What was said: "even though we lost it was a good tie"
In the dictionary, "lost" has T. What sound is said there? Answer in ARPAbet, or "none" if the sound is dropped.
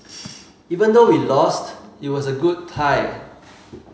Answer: T